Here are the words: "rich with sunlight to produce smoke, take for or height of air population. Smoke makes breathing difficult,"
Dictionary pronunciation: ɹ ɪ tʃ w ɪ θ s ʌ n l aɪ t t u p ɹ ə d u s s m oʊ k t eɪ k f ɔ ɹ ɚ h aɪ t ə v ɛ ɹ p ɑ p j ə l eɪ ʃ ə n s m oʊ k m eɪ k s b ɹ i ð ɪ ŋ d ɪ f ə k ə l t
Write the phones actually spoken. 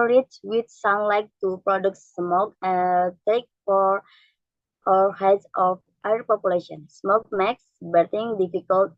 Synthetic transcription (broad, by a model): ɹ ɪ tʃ w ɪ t s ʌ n l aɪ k t u p ɹ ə d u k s m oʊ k t eɪ k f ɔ ɹ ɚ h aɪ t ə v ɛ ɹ p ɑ p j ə l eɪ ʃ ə n s m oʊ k m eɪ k s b ɛ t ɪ ŋ d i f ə k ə l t